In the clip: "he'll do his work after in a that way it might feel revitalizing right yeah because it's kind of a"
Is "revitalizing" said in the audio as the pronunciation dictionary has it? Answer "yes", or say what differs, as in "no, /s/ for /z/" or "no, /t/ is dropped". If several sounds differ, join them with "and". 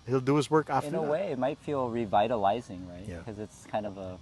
yes